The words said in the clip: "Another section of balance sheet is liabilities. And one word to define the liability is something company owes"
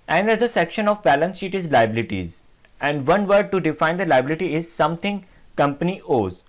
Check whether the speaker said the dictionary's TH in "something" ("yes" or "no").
no